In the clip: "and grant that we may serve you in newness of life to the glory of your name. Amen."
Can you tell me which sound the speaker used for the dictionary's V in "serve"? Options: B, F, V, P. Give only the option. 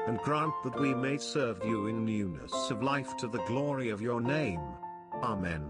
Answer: V